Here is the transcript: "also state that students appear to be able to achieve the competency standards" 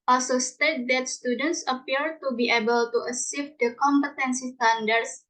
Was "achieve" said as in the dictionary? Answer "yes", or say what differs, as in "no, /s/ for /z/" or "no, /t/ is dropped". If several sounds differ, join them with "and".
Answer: no, /s/ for /tʃ/